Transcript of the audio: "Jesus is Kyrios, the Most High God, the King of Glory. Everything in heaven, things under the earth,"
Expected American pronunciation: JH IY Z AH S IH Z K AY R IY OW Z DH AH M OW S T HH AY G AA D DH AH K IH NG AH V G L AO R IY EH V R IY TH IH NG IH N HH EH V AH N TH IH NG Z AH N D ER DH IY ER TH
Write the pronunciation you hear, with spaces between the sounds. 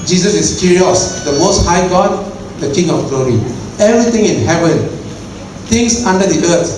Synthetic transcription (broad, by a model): JH IY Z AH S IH S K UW R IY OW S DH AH M OW S T HH AY G AA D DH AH K IH NG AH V G L AO R IY EH V R IY T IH NG IH N HH EH V AH N T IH NG S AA N D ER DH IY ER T